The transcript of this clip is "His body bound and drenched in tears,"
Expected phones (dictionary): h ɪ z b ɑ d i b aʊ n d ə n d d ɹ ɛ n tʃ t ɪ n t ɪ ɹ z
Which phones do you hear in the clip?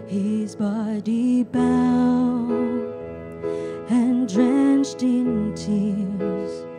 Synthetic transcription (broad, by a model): h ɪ z b ɑ d i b aʊ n ə n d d ɹ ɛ n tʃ t ɪ n t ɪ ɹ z